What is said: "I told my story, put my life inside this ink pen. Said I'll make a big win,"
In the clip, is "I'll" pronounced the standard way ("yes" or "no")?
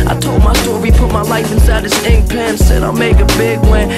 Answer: yes